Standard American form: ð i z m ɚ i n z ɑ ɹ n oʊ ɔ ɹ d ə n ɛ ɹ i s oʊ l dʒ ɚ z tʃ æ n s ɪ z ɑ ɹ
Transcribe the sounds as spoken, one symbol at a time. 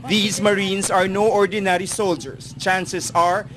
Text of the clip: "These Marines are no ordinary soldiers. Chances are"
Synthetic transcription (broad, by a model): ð i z m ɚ i n s ɑ ɹ n oʊ ɔ ɹ d ə n ɛ ɹ i s oʊ l dʒ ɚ s tʃ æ n s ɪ s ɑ ɹ